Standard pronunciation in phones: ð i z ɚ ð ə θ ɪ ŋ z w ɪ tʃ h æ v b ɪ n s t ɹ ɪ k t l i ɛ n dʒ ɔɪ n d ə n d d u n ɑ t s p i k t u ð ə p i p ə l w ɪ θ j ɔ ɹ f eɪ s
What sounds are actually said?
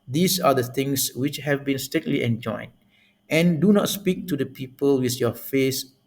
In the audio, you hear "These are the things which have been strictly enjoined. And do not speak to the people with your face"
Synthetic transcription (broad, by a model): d i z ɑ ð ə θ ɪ ŋ s w ɪ tʃ h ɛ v b ɪ n s t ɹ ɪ t l i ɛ n dʒ ɔɪ n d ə n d d u n ɑ t s p i k t u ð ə p i p ə l w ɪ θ j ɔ f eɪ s